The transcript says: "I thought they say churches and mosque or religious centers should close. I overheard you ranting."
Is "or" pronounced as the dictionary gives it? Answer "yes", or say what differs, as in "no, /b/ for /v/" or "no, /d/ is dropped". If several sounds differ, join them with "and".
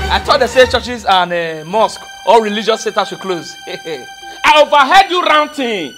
no, /l/ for /ɹ/